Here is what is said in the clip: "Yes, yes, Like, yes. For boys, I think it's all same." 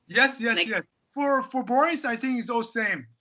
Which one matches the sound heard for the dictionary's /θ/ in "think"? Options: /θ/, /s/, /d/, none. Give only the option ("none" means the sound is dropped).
/θ/